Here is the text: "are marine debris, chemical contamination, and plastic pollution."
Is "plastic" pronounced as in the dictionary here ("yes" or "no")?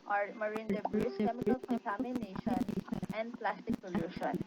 yes